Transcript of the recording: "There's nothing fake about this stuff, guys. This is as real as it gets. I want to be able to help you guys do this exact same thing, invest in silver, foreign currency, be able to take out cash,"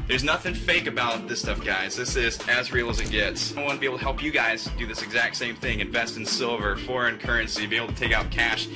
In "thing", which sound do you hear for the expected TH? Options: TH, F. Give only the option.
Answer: TH